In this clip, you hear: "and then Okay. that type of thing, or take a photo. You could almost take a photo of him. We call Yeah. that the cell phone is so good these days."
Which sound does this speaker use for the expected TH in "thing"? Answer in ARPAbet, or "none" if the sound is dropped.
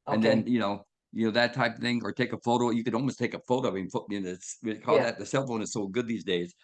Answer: TH